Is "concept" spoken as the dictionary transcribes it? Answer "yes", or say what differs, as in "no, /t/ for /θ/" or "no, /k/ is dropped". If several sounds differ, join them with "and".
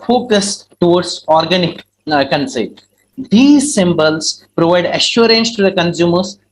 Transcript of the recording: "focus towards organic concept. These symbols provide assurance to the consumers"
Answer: no, /p/ is dropped